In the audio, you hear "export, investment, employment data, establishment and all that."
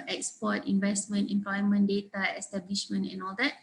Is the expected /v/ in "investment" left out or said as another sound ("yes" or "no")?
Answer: no